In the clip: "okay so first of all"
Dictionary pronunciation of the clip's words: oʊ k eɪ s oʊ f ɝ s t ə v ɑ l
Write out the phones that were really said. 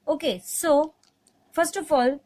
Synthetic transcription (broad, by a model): oʊ k eɪ s oʊ f ɝ s t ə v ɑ l